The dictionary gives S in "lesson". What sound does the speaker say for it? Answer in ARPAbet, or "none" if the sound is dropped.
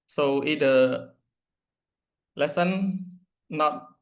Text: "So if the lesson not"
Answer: S